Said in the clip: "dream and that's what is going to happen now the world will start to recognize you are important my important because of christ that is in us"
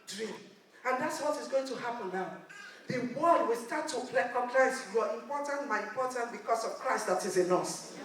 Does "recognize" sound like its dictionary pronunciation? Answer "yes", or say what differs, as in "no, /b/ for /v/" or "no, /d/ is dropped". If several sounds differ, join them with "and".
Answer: no, /l/ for /ɹ/